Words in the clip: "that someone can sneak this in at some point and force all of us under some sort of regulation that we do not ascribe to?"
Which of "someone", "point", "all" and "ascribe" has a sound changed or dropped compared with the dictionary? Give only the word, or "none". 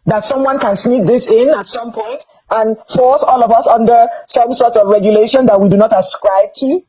none